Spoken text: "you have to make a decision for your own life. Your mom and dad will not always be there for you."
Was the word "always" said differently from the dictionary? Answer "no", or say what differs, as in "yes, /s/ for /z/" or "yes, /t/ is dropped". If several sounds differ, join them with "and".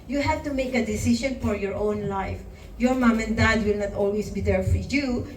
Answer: yes, /s/ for /z/